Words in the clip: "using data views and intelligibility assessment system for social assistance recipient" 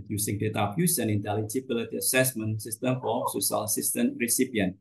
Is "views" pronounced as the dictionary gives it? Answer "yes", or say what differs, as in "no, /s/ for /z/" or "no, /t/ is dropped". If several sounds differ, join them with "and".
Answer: no, /f/ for /v/ and /s/ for /z/